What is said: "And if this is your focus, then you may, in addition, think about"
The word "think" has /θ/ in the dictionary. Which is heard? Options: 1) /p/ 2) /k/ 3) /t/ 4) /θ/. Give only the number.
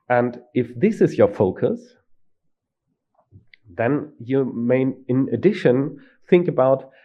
4